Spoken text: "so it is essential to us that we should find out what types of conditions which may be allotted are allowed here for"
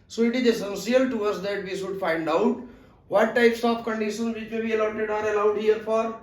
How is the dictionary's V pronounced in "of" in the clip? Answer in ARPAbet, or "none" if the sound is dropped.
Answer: P